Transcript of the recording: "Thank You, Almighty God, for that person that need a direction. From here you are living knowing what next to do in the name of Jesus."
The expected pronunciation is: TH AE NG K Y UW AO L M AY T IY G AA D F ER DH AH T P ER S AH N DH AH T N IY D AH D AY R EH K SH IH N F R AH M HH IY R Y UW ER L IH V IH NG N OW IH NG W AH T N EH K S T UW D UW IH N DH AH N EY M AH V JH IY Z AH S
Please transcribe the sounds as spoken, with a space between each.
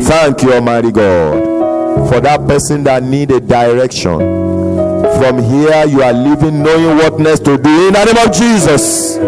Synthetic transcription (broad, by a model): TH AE NG K Y UW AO M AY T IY G AA D F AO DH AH T P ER S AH N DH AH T N IY D AH D AY R EH K SH IH N F R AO M HH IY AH Y UW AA L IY V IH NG N OW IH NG W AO T N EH S T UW D UW IH N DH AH N EY M AH V JH IY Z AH S